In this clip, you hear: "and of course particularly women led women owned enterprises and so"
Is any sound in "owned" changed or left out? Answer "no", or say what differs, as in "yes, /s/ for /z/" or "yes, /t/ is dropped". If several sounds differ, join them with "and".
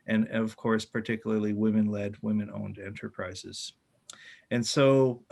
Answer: no